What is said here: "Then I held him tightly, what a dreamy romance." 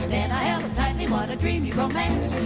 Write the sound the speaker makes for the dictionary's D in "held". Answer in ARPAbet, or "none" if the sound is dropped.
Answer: none